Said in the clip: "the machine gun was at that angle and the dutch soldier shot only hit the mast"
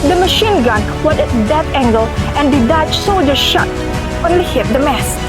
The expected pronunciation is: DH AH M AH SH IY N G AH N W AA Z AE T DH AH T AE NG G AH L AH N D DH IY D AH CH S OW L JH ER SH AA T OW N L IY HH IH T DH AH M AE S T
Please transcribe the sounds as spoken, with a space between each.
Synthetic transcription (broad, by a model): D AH M AH SH IY N G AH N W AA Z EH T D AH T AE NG G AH L AH N D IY D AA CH S OW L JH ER SH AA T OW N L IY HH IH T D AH M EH S